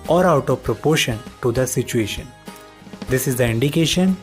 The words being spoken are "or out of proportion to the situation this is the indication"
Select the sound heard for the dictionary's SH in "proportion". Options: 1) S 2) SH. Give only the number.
2